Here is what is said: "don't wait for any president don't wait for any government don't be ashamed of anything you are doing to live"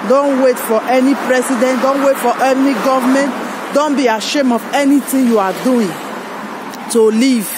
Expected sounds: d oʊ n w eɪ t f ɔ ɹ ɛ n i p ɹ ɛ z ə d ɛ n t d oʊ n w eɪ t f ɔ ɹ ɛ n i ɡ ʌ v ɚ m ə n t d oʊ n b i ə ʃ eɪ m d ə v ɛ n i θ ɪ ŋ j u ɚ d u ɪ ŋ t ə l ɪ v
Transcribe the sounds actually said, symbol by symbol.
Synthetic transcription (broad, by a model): d oʊ n w eɪ t f ɔ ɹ ɛ n i p ɹ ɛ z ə d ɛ n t d oʊ n w eɪ t f ɔ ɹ ɛ n i ɡ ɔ v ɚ m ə n t d oʊ n b i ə ʃ eɪ m ə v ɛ n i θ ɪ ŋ j u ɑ d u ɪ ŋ t ə l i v